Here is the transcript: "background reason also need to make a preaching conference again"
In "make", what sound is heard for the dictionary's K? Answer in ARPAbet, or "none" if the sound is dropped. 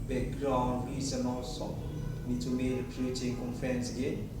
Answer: none